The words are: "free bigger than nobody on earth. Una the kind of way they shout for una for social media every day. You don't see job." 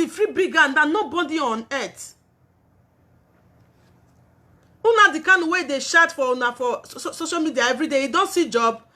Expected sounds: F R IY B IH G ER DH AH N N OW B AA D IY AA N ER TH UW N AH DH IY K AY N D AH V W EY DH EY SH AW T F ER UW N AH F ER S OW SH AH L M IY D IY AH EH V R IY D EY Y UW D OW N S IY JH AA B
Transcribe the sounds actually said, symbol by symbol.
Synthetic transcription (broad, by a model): F R IY B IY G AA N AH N N OW B AA D IY AA N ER T UW N AH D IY K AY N AH W EY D EY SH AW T F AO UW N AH F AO S OW SH AH L M IY D IY AH EH V R IY D EY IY D OW N S IY JH AA B